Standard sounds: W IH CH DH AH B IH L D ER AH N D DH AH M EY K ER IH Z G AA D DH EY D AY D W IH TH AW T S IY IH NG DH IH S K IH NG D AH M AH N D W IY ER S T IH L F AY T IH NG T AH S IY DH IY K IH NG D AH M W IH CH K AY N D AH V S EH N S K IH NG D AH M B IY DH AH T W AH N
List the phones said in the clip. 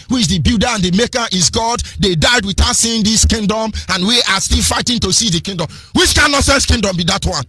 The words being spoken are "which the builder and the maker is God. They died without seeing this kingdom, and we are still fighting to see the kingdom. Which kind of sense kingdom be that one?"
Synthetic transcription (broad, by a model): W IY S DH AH B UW D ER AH N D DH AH M EY K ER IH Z G AA D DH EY D AY D W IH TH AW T S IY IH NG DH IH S K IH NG D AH M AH N W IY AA S T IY L F AY T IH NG T AH S IY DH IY K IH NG D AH M W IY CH K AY N AH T S EH N S K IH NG D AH M B IY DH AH T W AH N